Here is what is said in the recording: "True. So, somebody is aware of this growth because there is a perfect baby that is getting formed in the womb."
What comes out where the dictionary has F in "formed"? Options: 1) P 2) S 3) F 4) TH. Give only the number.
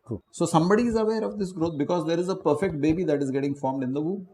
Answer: 3